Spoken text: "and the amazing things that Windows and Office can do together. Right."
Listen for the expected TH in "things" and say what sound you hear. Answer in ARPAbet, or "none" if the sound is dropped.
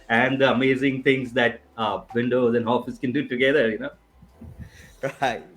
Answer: T